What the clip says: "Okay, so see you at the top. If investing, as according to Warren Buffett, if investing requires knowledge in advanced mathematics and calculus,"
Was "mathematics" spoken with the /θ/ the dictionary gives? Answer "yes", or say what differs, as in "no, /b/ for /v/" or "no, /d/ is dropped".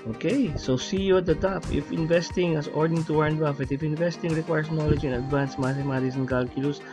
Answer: no, /s/ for /θ/